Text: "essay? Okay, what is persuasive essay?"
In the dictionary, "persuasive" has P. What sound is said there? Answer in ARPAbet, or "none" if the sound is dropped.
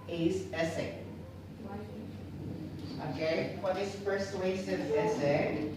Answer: F